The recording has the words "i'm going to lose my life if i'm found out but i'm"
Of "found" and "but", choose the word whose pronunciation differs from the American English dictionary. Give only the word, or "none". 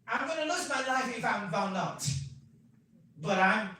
found